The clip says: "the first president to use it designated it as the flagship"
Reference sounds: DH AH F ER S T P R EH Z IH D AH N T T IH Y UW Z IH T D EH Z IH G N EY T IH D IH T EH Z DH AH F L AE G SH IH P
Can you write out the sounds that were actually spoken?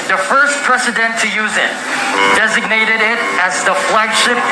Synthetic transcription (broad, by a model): DH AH F ER S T P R EH S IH D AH N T T IH Y UW Z IH T D EH Z IH G N EY T IH D IH T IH Z DH AH F L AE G SH IH P